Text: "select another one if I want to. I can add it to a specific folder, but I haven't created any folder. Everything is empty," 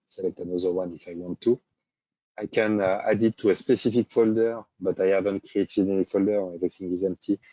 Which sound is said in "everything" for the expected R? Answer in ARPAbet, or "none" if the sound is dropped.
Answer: none